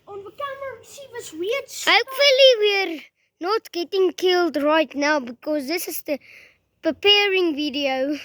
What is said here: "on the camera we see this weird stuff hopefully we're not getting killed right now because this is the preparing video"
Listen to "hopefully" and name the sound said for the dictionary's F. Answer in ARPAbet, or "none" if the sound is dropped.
F